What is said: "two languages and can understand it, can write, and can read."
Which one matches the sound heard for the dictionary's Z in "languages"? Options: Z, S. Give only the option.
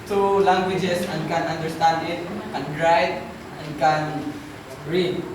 S